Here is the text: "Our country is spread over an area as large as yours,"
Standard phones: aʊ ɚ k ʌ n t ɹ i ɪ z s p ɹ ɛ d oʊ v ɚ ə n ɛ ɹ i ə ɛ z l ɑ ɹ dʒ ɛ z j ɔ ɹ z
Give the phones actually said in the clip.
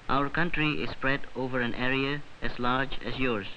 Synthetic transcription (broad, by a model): aʊ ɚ k ʌ n t ɹ i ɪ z s p ɹ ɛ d oʊ v ɚ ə n ɛ ɹ i ə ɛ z l ɑ ɹ dʒ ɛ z j ɔ ɹ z